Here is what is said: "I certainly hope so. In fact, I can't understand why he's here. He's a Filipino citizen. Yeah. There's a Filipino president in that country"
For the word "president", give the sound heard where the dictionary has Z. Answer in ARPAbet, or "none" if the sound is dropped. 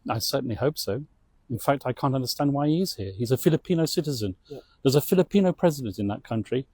Z